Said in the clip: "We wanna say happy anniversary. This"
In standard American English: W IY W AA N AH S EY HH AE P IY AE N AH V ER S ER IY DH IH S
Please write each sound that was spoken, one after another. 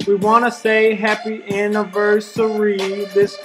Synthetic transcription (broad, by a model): W IY W AA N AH S EY HH AE P IY AE N AH V ER S ER IY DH IH S